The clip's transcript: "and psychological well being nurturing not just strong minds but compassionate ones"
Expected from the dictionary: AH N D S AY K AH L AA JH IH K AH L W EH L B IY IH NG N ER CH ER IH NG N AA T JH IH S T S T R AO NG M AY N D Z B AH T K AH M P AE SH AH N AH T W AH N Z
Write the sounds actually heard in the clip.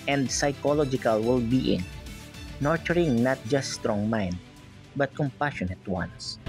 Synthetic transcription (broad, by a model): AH N D S AY K AH L AA JH IH K AH L W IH L B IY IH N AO CH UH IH NG N AA T JH IH S T S T R AO NG M AY N D B AH T K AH M P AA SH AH N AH T W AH N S